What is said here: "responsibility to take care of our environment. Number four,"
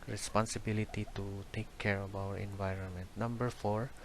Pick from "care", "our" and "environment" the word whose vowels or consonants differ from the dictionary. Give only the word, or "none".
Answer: none